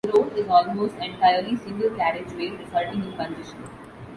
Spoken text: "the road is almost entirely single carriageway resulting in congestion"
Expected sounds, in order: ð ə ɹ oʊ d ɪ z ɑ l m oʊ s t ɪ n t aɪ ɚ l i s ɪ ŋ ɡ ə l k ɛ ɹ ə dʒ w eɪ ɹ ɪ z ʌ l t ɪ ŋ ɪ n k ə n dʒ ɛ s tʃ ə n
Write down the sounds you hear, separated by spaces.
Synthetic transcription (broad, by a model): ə ɹ oʊ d ɪ z ɑ l m oʊ s t ɪ n t aɪ ɚ l i s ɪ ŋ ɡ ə l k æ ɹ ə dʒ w eɪ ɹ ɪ s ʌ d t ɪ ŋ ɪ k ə n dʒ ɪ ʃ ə n